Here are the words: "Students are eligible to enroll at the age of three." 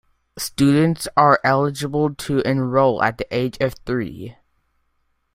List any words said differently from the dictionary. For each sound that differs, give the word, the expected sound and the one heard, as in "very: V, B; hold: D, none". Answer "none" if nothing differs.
none